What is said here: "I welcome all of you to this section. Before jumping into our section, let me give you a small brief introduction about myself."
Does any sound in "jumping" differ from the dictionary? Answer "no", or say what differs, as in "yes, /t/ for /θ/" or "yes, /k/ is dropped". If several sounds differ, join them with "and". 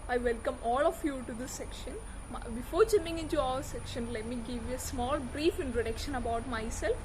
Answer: yes, /p/ is dropped